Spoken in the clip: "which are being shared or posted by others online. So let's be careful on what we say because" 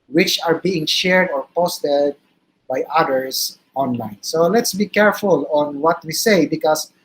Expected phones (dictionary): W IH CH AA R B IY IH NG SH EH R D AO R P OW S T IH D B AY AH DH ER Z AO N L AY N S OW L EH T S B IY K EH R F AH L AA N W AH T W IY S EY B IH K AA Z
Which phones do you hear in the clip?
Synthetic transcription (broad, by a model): W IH CH AA R B IY IH NG SH EH R D AO R P OW S T IH D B AY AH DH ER S AO N L AY N S OW L EH T S B IY K EH R F AH L AA N W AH T W IY S EY B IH K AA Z